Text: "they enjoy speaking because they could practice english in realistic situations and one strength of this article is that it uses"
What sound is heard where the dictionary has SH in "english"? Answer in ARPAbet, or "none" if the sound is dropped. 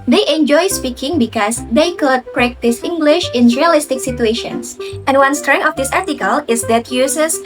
SH